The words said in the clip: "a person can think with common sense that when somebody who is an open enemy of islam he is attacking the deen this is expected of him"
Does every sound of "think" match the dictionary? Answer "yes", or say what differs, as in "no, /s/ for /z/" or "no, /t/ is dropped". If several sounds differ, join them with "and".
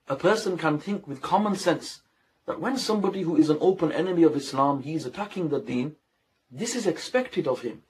yes